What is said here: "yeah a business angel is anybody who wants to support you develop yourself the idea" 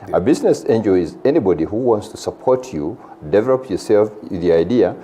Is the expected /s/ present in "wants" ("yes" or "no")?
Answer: yes